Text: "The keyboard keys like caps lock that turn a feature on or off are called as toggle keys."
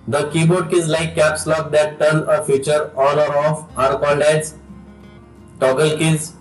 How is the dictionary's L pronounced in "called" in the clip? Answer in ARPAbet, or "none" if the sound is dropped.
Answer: N